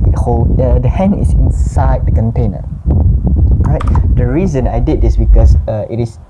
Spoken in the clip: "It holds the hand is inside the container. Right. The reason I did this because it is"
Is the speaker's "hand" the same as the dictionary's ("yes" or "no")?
no